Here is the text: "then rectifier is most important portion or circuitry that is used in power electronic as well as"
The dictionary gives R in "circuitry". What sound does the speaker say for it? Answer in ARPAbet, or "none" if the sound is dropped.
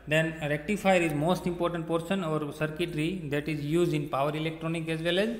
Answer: R